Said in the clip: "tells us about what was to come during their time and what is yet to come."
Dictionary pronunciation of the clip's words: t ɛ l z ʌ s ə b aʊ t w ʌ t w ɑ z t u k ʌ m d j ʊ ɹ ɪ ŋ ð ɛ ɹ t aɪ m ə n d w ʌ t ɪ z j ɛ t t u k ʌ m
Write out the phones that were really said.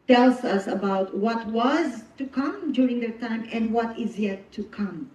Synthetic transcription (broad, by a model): t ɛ l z ʌ s ə b aʊ t w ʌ t w ɑ z t u k ʌ m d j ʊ ɹ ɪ ŋ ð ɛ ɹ t aɪ m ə n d w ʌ t ɪ z j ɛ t t u k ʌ m